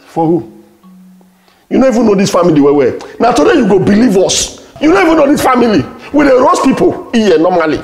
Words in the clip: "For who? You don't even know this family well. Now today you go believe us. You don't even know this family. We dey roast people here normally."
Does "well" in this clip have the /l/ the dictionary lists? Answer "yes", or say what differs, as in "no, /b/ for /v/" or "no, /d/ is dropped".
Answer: no, /w/ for /l/